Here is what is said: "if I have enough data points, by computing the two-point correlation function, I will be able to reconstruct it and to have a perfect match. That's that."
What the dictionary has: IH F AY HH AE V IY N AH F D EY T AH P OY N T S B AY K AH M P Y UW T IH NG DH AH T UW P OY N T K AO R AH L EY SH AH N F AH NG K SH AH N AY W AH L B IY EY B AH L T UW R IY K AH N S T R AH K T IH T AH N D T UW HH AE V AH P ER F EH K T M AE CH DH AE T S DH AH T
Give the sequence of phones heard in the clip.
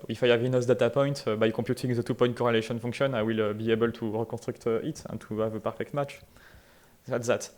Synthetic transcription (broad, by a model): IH F AY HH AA V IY N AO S D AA T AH P OY N T B AY K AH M P Y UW T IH NG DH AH T UW P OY T K AO R AH L EY SH AH N F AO K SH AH N AY W AH L B IY EY B AH L T UW R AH K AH S T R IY K T IH T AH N T UW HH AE V AH P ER F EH K T M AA CH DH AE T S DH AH T